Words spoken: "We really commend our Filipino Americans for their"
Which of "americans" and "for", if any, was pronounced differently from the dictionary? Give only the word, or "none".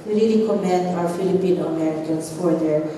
americans